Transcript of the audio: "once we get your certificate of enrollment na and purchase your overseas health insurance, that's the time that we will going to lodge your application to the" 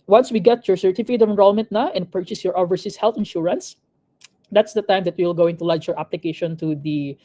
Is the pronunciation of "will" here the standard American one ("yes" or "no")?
yes